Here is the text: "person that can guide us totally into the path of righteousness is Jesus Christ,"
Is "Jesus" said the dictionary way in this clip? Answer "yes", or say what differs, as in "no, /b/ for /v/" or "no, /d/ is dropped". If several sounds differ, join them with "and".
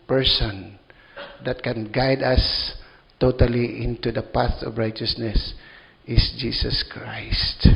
no, /s/ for /z/